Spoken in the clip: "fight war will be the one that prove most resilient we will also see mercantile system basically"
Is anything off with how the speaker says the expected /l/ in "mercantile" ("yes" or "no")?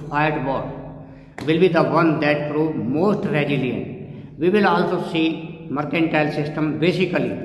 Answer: no